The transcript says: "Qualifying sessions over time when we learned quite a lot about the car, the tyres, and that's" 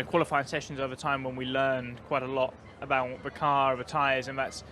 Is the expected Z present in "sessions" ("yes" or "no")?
yes